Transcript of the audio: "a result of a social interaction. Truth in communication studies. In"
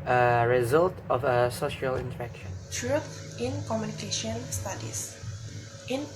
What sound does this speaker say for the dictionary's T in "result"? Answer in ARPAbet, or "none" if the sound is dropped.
T